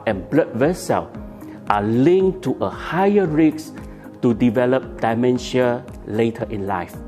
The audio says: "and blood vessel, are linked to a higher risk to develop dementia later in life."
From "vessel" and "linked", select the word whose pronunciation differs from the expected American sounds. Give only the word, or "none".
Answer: linked